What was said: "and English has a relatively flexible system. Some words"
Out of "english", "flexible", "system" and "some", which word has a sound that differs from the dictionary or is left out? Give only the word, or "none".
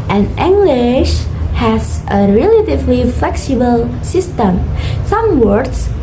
none